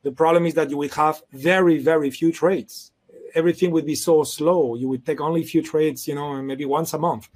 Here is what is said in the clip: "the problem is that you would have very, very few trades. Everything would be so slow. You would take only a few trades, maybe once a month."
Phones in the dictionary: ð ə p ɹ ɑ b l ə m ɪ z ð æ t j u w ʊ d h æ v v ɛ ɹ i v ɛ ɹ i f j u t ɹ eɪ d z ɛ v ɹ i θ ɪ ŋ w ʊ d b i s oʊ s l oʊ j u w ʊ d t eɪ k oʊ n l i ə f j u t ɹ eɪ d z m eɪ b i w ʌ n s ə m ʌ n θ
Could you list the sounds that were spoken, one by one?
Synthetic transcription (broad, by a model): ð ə p ɹ ɑ b l ə m ɪ z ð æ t j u w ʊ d h æ v v ɛ ɹ i v ɛ ɹ i f j u t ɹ eɪ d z ɛ v ɹ i θ ɪ ŋ w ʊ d b i s oʊ s l oʊ j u w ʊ d t eɪ k oʊ n l i f j u t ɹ eɪ d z m eɪ b i w ʌ n s ə m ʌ n θ